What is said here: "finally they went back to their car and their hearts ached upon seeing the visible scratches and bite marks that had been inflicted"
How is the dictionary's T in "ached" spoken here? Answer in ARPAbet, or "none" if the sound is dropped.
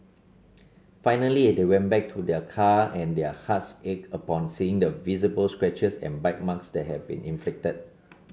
none